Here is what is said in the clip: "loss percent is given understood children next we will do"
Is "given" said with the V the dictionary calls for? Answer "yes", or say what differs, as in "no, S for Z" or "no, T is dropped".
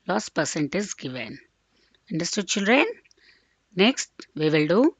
yes